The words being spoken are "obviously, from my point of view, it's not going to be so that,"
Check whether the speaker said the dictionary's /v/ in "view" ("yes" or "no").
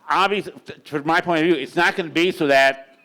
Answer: yes